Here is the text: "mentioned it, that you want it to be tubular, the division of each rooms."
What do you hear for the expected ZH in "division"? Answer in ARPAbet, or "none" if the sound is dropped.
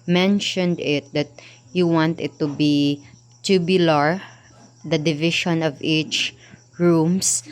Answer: SH